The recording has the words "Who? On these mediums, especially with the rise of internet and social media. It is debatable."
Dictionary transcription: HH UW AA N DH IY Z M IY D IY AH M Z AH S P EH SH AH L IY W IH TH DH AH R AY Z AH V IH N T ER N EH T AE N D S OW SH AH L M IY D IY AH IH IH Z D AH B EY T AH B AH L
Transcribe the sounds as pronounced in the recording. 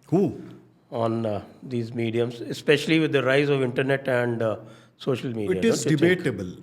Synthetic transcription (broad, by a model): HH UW AA N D IY Z M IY D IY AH M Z AH S P EH SH AH L IY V IH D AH R AY Z AH V IH N T ER N EH T AE N D S OW SH AH L M IY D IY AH IH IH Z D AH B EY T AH B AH L